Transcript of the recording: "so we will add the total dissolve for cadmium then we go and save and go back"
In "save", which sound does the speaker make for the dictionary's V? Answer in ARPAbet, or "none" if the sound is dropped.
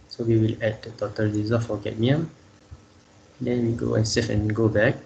F